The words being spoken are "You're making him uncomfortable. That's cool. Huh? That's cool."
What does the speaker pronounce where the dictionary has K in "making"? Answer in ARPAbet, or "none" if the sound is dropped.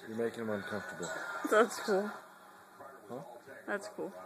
none